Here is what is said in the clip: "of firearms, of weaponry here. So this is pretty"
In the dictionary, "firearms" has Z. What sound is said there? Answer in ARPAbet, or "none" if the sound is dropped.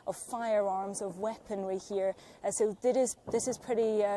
Z